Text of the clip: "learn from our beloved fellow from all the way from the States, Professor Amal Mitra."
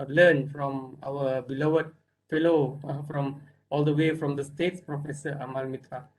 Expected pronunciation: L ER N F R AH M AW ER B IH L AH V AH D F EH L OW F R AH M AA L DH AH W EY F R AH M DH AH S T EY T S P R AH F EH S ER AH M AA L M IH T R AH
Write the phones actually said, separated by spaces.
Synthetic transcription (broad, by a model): L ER N F R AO M AW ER B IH L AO AH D F EH L OW F R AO M AA L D AH W EY F R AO M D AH S T EY T S P R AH F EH S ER AH M AA L M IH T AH